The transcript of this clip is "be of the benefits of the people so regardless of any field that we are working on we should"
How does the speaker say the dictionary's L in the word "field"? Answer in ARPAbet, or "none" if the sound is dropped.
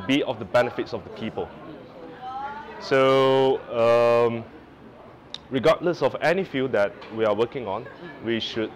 none